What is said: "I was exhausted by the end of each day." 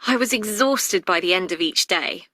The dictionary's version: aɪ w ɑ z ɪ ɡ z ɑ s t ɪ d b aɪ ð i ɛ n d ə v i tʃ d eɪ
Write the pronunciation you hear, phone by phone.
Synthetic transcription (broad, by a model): aɪ w ɑ z ɪ ɡ z ɑ s t ɪ d b aɪ ð i ɛ n d ə v i tʃ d eɪ